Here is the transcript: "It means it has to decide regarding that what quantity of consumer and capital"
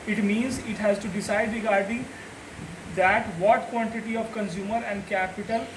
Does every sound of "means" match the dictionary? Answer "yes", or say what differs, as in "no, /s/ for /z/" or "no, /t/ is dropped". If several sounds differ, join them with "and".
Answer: yes